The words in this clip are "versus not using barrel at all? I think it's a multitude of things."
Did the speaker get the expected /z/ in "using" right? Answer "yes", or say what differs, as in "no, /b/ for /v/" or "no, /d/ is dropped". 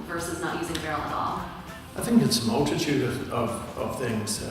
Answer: yes